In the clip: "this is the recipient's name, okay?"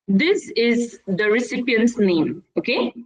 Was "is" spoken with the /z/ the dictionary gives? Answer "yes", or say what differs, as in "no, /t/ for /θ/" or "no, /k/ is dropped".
yes